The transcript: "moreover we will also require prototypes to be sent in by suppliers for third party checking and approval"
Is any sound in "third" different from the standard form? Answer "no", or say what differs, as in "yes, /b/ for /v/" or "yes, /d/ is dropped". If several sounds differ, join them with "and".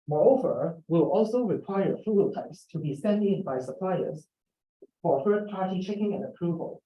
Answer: yes, /f/ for /θ/